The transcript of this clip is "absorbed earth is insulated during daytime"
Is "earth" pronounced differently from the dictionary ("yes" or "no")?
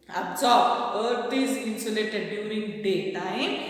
yes